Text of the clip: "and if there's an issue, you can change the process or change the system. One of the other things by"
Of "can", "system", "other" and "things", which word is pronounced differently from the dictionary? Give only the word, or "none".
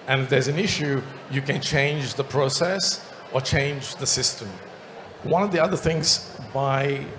none